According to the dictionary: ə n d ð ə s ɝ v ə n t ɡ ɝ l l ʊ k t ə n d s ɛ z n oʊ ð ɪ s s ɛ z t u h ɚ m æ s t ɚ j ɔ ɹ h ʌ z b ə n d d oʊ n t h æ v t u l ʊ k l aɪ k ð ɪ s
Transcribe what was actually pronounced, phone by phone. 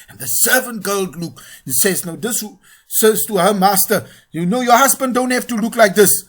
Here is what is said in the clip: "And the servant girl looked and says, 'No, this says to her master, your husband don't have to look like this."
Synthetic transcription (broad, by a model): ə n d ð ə s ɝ v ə n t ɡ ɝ l l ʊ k ə n s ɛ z n oʊ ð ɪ s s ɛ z t u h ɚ m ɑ s t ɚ j ɔ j h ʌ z b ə n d d oʊ n t h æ f t u l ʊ k l aɪ k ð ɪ s